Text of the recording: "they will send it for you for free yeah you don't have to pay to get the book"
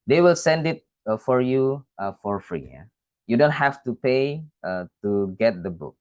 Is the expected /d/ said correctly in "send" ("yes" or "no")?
yes